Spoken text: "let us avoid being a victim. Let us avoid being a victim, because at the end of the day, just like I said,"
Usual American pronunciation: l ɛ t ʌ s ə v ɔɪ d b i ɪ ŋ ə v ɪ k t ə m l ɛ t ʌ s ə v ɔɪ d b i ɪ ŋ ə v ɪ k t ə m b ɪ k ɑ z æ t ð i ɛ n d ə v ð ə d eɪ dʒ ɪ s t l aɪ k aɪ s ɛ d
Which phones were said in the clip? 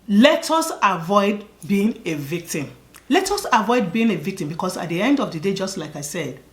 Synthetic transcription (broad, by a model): l ɛ t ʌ s ə v ɔɪ d b i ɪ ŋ ə v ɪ k t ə m l ɛ t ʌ s ə v ɔɪ d b i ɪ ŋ ə v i k t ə m b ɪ k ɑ s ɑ t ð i ɛ n d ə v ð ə d eɪ dʒ ɪ s t l aɪ k aɪ s ɛ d